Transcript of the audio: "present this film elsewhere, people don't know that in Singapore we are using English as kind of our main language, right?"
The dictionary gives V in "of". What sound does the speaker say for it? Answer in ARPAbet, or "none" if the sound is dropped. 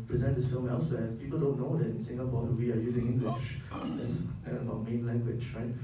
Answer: B